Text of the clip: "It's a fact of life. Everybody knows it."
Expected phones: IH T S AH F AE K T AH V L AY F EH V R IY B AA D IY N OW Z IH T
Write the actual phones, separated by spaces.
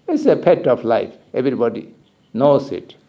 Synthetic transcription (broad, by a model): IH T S AH P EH T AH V L AY F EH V R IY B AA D IY N OW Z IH T